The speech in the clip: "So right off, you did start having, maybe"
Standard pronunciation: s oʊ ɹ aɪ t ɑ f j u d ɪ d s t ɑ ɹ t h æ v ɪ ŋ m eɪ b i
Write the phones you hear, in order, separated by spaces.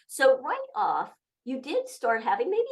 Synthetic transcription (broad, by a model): s oʊ w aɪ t ɑ f j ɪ d ɪ d s t ɑ ɹ t h æ v ɪ ŋ m eɪ b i